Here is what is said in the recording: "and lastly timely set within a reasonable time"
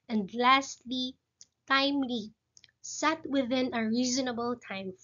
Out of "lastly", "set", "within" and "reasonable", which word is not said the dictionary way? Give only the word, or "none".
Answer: none